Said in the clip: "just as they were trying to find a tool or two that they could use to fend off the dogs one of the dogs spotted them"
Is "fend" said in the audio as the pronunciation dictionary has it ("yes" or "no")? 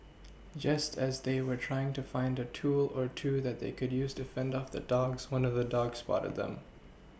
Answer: yes